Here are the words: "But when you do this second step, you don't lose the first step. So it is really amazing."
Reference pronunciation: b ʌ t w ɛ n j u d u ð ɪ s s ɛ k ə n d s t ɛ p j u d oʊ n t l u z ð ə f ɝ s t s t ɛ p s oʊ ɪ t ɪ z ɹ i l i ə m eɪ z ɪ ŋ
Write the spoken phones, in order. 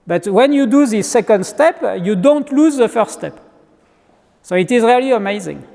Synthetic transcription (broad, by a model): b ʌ t w ɛ n j u d u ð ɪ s s ɛ k ə n d s t ɛ p j u d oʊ n t l u z ð ə f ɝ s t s t ɛ p s oʊ ɪ t ɪ z ɹ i l i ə m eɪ z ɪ ŋ